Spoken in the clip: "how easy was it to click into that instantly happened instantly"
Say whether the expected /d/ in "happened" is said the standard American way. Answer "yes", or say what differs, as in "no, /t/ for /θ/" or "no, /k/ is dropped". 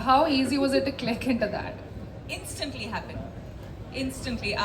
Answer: no, /d/ is dropped